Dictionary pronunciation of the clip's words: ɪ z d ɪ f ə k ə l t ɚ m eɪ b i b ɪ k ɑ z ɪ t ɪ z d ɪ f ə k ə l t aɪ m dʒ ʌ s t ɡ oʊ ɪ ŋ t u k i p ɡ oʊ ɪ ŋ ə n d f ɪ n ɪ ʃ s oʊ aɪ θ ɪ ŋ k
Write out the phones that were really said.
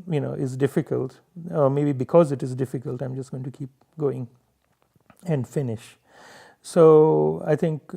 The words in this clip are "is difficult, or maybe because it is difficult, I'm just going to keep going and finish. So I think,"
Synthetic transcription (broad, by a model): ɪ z d ɪ f ə k ə l t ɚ m eɪ b i b ɪ k ɑ z ɪ t ɪ z d ɪ f ə k ə l t aɪ m dʒ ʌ s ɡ oʊ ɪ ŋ t u k i p ɡ oʊ ɪ ŋ ə n d f ɪ n ɪ ʃ s oʊ aɪ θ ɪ ŋ k